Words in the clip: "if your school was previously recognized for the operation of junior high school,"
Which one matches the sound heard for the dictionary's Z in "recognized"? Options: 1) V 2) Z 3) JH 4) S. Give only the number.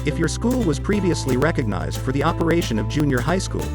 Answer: 2